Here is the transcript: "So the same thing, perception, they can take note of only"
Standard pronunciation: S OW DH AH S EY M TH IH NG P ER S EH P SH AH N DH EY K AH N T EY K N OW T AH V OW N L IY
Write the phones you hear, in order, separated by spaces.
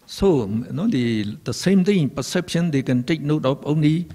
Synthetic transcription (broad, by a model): S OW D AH S EY M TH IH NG P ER S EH P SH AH N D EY K AH N T EY K N OW T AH P OW N L IY